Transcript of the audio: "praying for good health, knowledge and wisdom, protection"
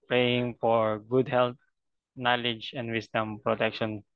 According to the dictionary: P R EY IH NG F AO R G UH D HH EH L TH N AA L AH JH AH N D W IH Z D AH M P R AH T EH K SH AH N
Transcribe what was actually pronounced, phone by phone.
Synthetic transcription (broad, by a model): P R EY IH NG F AO R G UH D HH EH L T N AA L AH JH AH N D W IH S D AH M P R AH T EH K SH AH N